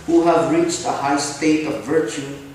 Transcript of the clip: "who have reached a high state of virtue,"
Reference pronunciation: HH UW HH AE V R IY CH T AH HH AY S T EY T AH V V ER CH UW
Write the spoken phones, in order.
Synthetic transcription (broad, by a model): HH UW HH AE V R IY CH T AH HH AY S T EY T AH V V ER CH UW